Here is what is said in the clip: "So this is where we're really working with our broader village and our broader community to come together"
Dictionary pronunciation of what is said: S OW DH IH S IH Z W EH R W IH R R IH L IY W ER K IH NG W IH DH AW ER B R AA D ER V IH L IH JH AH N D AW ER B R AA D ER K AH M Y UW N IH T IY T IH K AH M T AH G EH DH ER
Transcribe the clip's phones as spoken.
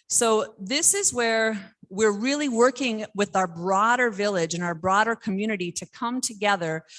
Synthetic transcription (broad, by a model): S OW DH IH S IH Z W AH R W IH R R IH L IY W ER K IH NG W IH DH AW ER B R AA D ER V IH L IH JH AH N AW ER B R AA D ER K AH M Y UW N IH T IY T IH K AH M T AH G EH DH ER